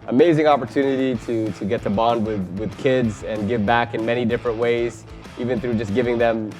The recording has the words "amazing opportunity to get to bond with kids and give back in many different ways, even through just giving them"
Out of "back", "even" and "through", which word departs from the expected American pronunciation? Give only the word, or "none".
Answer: none